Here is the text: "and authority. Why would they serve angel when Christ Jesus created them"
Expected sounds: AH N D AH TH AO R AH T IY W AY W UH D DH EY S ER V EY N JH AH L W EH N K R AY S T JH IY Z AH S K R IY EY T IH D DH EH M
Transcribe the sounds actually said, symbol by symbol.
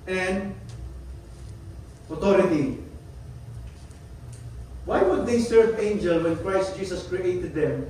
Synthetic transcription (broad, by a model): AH N D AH T AO R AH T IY W AY W UH D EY S ER V EY N JH AH L W EH N K R AY S T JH IY S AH S K R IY EY T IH D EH M